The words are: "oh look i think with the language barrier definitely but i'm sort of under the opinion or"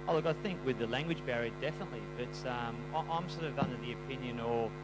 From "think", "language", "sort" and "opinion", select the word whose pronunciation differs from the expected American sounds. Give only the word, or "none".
none